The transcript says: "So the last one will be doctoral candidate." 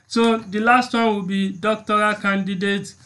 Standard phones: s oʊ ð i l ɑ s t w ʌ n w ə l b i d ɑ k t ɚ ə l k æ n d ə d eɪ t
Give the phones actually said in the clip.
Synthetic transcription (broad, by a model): s oʊ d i l ɑ s t w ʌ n w ə l b i d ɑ k t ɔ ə k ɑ n d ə d eɪ t